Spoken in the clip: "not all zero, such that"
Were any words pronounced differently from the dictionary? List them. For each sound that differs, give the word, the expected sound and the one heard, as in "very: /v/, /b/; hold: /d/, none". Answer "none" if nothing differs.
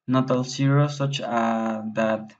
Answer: zero: /z/, /s/